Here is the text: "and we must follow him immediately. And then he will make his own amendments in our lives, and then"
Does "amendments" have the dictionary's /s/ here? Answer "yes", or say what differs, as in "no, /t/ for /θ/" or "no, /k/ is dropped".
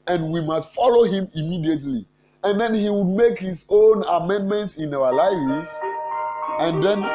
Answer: yes